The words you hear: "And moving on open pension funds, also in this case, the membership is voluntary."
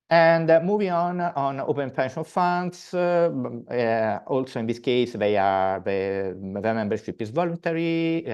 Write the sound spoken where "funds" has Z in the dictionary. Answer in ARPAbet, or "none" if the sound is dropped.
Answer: S